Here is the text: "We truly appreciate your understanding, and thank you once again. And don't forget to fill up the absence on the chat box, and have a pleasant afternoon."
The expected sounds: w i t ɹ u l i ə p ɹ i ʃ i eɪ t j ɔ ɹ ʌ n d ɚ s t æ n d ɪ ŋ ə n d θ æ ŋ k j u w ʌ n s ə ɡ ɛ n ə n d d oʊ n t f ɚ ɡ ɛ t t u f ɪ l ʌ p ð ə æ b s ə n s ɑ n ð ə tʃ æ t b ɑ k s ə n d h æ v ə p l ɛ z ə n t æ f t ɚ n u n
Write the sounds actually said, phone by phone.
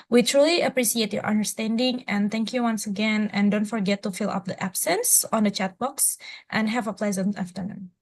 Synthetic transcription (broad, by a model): w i t ɹ u l i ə p ɹ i s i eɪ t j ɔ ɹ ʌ n d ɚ s t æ n d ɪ ŋ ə n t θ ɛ ŋ k j u w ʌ n s ə ɡ ɛ n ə n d d oʊ n t f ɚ ɡ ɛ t t u f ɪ l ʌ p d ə æ b s ə n s ɑ n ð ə tʃ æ t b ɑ k s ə n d h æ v ə p l ɛ z ə n t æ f t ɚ n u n